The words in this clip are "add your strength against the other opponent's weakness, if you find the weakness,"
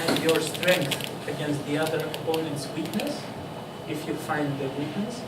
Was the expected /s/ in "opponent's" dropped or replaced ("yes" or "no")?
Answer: no